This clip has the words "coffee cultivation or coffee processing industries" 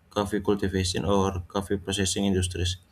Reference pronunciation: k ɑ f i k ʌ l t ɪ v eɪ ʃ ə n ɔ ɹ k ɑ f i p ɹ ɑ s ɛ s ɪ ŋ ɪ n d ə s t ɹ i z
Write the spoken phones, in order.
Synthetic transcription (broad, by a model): k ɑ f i k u l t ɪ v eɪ s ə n ɔ ɹ k ɑ f i p ɹ ɑ s ɛ s ɪ ŋ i n d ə s t ɹ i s